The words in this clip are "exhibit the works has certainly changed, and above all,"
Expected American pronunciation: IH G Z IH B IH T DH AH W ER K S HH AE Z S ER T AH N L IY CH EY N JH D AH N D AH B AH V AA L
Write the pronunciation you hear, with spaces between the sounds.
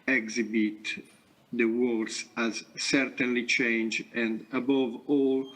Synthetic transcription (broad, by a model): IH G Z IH B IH T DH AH W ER S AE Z S ER T AH N L IY CH EY N JH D AH N D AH B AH V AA L